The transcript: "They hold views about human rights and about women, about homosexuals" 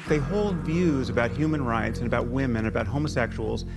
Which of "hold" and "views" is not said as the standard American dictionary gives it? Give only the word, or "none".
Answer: none